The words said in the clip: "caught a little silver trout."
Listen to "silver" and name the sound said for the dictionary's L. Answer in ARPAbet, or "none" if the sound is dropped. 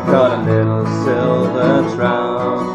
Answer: L